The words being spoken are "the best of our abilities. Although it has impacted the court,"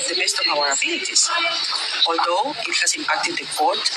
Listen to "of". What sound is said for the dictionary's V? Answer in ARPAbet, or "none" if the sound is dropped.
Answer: B